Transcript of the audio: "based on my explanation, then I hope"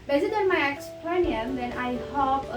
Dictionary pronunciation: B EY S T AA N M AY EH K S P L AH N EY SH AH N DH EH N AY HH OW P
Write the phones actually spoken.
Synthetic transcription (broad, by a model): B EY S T AA N M AY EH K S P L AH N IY AH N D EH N AY HH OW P